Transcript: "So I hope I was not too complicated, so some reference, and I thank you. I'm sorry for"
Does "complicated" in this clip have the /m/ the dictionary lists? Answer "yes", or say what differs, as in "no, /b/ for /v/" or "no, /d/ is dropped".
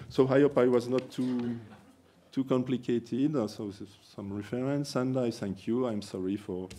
yes